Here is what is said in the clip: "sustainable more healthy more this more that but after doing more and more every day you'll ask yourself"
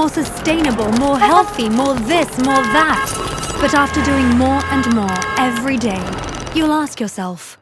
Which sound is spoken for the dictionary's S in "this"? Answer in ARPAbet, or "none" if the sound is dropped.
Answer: S